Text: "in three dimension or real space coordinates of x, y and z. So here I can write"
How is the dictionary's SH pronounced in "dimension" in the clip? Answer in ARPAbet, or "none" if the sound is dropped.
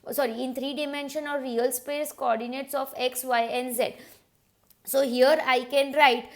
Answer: SH